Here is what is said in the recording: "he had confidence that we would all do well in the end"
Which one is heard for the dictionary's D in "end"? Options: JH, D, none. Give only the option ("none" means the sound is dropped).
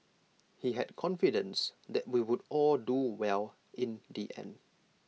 none